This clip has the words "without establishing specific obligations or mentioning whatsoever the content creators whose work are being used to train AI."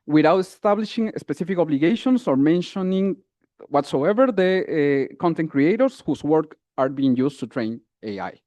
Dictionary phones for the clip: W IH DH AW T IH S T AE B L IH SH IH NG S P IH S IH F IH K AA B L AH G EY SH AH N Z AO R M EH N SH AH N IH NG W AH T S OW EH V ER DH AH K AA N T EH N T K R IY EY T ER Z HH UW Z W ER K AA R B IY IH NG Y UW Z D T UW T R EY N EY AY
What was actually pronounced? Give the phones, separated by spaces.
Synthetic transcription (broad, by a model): W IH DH AW T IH S T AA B L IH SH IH NG S P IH S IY F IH K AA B L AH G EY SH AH N S AO R M EH N SH AH N IH NG W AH T S OW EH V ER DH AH K AA N T EH N T K R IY EY T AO S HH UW S W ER K AA R B IY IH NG Y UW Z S T UW T R EY N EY AY